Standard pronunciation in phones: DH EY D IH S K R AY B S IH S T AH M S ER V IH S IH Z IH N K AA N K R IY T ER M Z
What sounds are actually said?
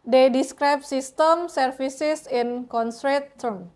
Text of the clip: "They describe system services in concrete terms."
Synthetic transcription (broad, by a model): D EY D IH S K R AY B S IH S T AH M S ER F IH S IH S IH N K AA N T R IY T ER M